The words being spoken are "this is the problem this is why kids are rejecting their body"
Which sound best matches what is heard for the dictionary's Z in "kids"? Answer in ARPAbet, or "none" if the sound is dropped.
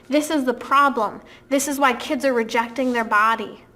Z